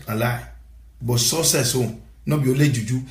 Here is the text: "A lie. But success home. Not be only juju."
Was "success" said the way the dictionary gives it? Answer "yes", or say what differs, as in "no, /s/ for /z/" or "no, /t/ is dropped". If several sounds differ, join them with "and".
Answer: no, /k/ is dropped